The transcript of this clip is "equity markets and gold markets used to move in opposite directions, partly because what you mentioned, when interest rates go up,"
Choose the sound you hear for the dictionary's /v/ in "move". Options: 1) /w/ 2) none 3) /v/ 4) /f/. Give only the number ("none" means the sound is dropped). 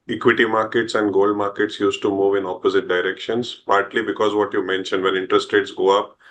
3